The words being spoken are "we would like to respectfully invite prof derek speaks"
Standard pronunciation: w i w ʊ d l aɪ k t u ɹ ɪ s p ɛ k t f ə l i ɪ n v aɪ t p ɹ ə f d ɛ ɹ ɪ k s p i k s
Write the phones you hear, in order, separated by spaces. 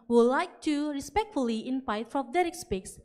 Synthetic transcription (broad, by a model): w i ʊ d l aɪ k t u ɹ ɪ s p ɛ k t f ə l i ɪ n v aɪ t f ɹ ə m d ɛ ɹ ɪ k s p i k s